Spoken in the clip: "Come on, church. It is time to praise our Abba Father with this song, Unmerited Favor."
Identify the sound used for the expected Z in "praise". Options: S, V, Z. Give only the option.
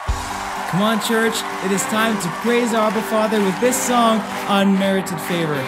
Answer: Z